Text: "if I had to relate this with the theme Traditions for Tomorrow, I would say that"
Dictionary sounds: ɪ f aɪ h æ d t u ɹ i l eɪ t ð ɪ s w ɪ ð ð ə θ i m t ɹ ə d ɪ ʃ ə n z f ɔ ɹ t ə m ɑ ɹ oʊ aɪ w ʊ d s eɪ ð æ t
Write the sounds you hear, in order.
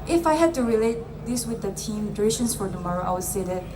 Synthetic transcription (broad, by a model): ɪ f aɪ h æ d t u ɹ i l eɪ t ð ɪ s w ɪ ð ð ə t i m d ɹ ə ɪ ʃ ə n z f ɔ ɹ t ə m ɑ ɹ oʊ aɪ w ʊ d s eɪ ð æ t